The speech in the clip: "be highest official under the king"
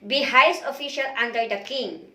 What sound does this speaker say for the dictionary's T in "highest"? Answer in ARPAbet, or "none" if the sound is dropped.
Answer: none